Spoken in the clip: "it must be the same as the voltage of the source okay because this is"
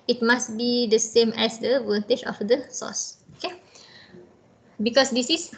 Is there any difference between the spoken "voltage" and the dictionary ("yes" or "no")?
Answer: yes